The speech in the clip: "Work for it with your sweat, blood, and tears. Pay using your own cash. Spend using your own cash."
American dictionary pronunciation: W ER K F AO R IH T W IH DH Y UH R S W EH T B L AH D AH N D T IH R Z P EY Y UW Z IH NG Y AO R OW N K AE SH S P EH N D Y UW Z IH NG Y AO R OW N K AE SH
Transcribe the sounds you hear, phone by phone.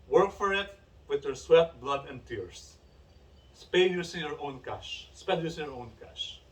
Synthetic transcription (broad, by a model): W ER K F AO R IH T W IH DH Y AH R S W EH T B L AH D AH N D T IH R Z P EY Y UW S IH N Y AO R OW N K AE SH S P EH D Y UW S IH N Y AO R OW N K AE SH